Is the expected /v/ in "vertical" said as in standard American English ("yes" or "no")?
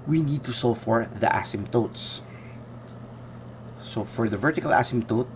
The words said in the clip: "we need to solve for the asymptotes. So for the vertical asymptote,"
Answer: yes